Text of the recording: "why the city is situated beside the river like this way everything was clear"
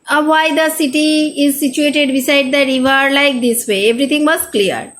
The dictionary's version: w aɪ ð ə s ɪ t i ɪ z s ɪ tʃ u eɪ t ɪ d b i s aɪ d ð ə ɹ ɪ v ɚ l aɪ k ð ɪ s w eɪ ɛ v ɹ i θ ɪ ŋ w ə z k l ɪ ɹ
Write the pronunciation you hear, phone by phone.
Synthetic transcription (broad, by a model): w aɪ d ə s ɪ t i ɪ z s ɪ tʃ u eɪ t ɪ d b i s aɪ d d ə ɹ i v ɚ l aɪ k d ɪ s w eɪ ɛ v ɹ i t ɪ ŋ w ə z k l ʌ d